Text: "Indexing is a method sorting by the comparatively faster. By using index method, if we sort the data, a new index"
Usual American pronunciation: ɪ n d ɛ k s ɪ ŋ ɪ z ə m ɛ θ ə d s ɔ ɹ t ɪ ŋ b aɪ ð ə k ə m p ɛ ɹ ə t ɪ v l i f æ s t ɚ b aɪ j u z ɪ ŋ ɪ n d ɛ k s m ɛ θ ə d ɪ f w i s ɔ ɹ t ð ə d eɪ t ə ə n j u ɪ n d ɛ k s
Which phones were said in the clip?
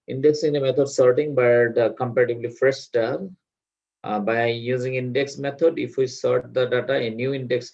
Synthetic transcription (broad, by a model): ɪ n d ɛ k s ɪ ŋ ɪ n ə m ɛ t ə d s ɔ ɹ t ɪ ŋ b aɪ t k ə m p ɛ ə t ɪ b l i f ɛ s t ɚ b aɪ j u z ɪ ŋ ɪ n d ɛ k s m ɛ t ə d ɪ f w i s ɔ ɹ t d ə d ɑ t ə ə n j u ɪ n d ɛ k s